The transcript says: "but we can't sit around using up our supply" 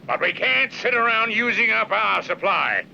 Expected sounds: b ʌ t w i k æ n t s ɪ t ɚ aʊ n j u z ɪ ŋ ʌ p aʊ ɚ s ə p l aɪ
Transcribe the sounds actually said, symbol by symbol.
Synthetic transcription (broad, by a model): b ʌ t w i k æ n t s ɪ t ɚ aʊ n j u z ɪ ŋ ʌ p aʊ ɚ s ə p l aɪ